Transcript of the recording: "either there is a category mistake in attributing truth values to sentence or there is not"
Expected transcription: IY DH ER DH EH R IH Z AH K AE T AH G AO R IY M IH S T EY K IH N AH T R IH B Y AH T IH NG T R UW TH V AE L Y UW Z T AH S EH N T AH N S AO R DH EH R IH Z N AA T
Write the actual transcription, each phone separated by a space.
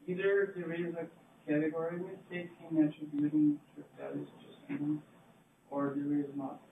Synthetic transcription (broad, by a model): IY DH ER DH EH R IH Z AH K AE T AH G AO R IY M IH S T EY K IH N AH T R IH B Y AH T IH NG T UW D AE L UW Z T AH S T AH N AO R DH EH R IH Z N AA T